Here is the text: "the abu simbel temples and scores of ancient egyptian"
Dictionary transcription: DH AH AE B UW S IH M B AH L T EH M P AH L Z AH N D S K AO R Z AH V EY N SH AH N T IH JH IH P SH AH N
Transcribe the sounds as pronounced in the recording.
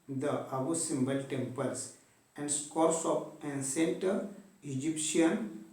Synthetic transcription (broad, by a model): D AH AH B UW S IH M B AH L T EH M P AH L S AH N D S K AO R S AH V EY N S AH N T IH JH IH P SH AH N